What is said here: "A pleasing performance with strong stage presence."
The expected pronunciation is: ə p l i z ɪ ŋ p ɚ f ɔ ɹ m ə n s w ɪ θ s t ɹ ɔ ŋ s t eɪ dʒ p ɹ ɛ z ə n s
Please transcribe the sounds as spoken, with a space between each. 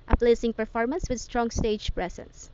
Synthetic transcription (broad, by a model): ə p l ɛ s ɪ ŋ p ɚ f ɔ ɹ m ə n s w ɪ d s t ɹ ɔ ŋ s t eɪ dʒ p ɹ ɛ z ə n s